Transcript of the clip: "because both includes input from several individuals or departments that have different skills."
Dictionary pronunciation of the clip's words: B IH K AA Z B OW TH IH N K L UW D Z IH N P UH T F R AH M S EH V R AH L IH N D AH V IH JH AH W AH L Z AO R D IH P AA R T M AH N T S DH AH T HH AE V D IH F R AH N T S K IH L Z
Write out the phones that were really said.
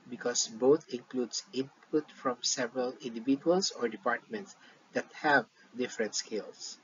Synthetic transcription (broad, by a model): B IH K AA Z B OW T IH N K L UW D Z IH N P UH T F R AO M S EH V R AH L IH N D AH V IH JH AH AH L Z AO R D IH P AA R T M AH N T S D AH T HH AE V D IH F R AH N T S K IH L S